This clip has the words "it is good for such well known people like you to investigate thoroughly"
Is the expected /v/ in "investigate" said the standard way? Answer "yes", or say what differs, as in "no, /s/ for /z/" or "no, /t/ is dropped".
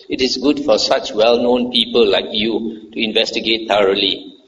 yes